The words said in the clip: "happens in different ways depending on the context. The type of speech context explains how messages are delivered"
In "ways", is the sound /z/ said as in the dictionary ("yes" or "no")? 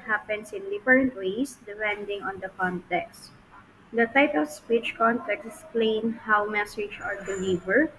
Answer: no